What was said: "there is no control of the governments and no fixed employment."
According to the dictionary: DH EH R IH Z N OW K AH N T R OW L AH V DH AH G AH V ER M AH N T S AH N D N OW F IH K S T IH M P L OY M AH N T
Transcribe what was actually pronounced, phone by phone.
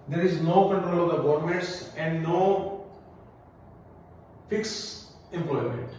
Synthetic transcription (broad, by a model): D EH R IH Z N OW K AH N T R OW L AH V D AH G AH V M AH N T S AH N D N OW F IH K S IH M P L OY M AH N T